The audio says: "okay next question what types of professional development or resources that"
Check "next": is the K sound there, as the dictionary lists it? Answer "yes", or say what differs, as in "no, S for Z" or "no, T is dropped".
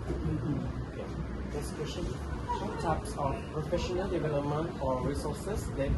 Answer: no, K is dropped